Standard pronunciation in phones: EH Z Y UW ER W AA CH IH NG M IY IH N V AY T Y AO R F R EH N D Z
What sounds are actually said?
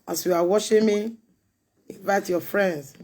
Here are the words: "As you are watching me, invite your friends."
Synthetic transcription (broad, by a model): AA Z Y UW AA W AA SH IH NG M IY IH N V AY T Y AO F R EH N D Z